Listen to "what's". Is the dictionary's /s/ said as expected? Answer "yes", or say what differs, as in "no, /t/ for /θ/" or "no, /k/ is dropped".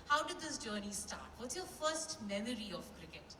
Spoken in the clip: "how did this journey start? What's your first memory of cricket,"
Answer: no, /s/ is dropped